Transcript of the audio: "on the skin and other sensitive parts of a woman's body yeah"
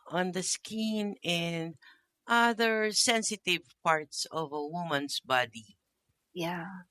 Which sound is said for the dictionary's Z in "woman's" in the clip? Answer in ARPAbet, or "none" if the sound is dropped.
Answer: S